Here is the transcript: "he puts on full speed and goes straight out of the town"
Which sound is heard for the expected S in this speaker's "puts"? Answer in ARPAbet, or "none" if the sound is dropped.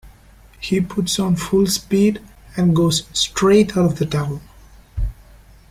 S